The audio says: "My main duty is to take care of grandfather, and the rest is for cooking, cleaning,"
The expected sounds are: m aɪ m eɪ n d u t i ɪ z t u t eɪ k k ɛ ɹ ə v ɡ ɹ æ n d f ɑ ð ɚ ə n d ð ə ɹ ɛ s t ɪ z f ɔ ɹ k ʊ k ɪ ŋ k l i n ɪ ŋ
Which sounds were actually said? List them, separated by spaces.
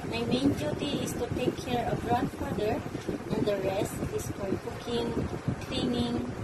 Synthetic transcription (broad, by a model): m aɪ m eɪ n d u t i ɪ s t u t eɪ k k ɛ ɹ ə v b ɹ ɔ d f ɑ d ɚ ə n d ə ɹ ɛ s t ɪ s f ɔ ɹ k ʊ k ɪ ŋ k l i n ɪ ŋ